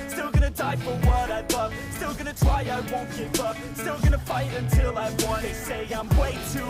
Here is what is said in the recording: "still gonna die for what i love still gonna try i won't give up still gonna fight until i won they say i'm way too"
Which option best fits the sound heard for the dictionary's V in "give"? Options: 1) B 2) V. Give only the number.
1